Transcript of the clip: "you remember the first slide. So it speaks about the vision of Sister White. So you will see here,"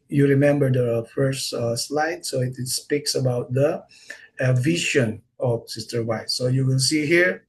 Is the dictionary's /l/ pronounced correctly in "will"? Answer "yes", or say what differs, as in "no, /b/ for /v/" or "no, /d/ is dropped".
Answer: no, /n/ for /l/